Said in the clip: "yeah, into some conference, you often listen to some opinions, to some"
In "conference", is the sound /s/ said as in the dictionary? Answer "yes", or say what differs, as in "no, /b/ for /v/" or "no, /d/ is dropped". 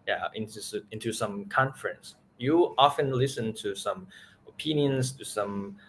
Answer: yes